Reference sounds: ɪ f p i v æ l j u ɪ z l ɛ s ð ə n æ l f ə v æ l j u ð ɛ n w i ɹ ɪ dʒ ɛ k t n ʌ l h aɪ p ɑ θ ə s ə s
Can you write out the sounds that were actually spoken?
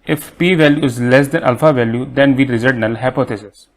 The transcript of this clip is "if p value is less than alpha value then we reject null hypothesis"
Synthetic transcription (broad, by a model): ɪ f p i v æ l j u ɪ z l ɛ s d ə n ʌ l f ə v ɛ l j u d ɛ n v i ɹ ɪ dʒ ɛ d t n ʌ l h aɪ p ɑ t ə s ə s